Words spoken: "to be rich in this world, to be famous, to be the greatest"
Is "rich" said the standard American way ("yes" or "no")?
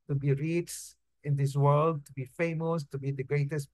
no